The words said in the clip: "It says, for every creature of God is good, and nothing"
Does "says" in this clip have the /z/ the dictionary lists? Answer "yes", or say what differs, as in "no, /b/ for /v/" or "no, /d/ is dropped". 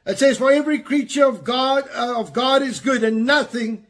yes